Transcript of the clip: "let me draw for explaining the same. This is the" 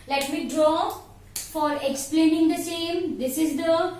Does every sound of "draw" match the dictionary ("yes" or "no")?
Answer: yes